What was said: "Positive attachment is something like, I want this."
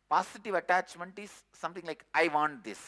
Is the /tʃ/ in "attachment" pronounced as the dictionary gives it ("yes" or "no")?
yes